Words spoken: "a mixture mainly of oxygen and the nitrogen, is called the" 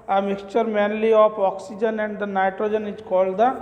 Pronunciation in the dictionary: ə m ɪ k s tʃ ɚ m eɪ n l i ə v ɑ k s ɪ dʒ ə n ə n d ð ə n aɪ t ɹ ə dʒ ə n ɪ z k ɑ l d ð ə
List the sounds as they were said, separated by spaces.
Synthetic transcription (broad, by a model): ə m ɪ k s tʃ ɚ m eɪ n l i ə p ɑ k s ɪ dʒ ə n ə n d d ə n aɪ t ɹ ə dʒ ə n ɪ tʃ k ɑ l d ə